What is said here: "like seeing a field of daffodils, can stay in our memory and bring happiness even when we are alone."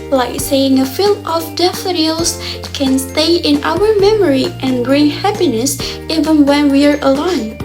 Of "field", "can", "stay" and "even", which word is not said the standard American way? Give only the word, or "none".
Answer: field